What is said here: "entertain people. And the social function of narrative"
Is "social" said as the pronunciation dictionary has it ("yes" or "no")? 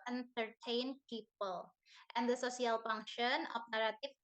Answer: no